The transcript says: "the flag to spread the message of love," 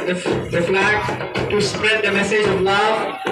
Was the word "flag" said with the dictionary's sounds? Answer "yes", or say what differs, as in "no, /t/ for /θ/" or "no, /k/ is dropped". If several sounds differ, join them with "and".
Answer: no, /n/ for /l/